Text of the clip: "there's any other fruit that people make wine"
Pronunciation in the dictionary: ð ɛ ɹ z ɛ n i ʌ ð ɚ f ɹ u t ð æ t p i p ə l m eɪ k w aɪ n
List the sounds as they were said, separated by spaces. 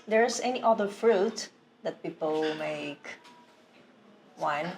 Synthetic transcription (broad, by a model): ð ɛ ɹ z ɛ n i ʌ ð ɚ f ɹ u t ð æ t p i p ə l m eɪ k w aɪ n